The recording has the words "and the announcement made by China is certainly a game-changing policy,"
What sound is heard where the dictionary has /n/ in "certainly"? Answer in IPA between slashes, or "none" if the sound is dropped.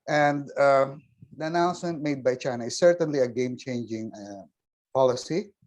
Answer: /n/